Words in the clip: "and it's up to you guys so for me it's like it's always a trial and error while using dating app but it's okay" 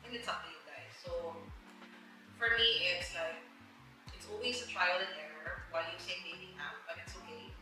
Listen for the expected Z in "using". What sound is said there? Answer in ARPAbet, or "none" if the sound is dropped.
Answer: S